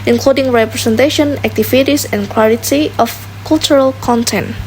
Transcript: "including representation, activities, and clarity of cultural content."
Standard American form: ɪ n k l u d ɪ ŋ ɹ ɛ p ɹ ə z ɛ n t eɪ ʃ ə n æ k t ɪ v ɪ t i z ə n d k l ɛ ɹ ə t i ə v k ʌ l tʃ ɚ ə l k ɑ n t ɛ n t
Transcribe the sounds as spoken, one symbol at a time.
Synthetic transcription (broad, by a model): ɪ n k l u d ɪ ŋ ɹ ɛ p ɹ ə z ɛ n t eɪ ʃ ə n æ k t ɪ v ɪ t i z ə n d k w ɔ l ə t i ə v k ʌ l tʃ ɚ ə l k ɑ n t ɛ n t